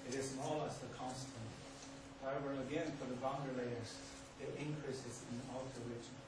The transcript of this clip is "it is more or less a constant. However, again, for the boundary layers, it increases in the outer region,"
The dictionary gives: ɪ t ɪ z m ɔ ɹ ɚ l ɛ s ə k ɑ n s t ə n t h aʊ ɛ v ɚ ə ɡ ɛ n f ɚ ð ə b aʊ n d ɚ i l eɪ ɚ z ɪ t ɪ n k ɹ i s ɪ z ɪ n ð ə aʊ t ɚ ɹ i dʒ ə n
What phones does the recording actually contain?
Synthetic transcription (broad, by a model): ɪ t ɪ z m ɔ l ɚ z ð ə k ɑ n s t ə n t h aʊ ɛ v ɚ ə ɡ ɛ n f ɚ ð ə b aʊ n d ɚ l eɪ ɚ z ɪ t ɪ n k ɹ i s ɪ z ɪ n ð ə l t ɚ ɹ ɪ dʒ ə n